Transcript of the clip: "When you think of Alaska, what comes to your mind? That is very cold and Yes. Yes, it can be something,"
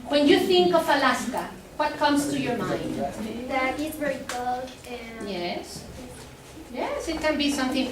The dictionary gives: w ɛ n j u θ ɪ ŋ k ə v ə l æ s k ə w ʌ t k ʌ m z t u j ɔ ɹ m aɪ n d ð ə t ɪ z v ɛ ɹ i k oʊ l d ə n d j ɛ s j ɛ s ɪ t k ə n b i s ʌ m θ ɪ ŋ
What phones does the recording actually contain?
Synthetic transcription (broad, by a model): w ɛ n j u θ ɪ ŋ k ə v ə l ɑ s k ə w ʌ t k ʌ m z t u j ɔ ɹ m aɪ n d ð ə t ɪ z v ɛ ɹ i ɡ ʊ d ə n j ɛ s j ɛ s ɪ t k ə n b i s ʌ m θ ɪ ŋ